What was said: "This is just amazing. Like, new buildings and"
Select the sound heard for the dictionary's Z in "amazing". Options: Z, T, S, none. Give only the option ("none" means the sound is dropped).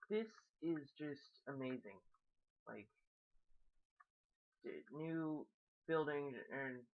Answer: Z